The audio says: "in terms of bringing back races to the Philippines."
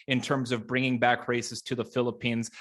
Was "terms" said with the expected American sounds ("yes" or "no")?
yes